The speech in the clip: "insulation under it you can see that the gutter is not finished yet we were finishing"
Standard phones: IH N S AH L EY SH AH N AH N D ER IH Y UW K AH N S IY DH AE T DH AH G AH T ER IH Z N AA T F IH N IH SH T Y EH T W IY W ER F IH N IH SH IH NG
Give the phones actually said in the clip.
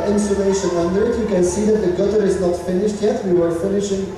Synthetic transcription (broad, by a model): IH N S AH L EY SH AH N AH N D ER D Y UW K AH N S IY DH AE T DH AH G AH T ER IH Z N AA T F IH N IH SH T Y EH T W IY W ER F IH N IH SH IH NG